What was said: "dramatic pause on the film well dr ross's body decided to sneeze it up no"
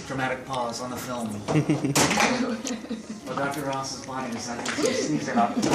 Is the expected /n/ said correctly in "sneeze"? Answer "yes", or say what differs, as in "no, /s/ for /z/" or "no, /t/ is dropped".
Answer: no, /n/ is dropped